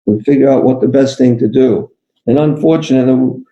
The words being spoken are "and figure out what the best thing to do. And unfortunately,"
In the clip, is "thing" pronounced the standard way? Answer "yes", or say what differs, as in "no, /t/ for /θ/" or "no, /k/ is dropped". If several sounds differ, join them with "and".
yes